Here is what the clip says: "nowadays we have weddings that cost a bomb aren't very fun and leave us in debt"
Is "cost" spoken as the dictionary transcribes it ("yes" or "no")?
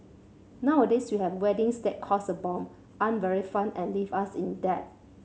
no